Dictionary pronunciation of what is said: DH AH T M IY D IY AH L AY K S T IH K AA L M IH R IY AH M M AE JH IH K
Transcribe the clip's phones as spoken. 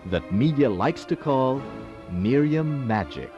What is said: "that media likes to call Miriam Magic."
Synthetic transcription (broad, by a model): DH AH T M IY D IY AH L AY K S T IH K AA L M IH R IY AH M M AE JH IH K